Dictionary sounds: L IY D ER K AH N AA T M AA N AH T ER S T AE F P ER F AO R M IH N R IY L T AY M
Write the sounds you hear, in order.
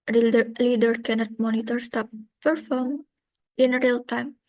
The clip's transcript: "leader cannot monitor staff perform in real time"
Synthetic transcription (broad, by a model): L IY D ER K AH N AA T M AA N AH T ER S T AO P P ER F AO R M IH N R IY L T AY M